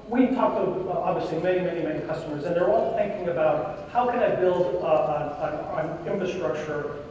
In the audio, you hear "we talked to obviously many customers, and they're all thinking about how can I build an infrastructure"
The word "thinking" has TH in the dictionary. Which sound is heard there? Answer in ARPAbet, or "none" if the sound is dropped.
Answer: TH